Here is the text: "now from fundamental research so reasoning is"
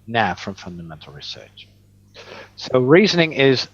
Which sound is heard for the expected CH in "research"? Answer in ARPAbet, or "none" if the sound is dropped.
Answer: CH